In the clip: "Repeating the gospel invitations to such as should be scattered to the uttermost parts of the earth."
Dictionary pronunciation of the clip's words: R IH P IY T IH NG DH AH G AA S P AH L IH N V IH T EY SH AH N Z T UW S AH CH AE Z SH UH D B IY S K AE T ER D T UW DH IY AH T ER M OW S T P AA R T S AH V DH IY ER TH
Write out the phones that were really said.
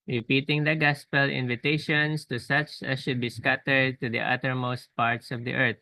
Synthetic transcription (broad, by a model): R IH P IY T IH NG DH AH G AA S P AH L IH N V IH T EY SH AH N S T UW S AH CH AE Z SH UH D B IY S K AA T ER D T UW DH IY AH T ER M OW S T P AA R T S AH V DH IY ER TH